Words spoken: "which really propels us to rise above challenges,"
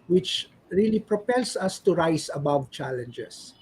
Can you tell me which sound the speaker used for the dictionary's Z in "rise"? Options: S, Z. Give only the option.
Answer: S